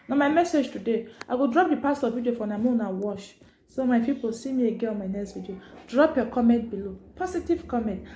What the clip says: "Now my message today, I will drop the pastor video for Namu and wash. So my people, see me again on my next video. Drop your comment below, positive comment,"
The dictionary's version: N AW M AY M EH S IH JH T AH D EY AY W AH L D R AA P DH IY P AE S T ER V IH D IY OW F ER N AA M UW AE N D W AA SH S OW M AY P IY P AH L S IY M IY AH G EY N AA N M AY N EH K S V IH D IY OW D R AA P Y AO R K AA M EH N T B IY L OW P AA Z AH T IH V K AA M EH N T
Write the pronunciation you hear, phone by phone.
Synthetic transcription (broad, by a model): N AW M AY M EH S IH JH T AH D EY AY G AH D R AA P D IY P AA S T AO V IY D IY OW F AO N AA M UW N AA W AA SH S OW M AY P IY P AH L S IY M IY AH G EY AA N M AY N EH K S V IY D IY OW D R AA P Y AO K AA M EH N T B IY L OW P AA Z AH T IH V K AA M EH N T